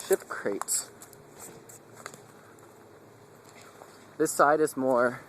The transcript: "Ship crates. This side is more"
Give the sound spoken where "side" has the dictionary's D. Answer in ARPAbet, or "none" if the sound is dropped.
D